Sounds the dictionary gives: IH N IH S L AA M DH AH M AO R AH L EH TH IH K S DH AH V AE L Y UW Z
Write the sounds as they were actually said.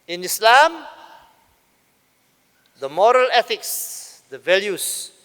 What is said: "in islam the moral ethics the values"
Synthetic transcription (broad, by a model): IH N IH S L AA M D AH M AO R AH L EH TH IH K S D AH V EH L Y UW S